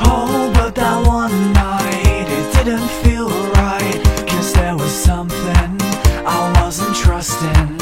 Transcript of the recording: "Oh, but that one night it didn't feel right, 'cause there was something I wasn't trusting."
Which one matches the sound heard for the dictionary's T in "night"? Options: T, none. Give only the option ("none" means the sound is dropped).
T